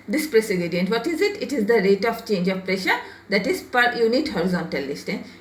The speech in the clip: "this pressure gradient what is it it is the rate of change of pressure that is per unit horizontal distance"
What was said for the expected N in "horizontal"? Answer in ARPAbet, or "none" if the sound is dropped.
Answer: N